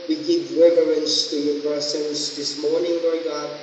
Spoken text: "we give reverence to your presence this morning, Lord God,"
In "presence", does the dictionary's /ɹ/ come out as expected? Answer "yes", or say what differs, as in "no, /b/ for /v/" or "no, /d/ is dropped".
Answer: no, /ɹ/ is dropped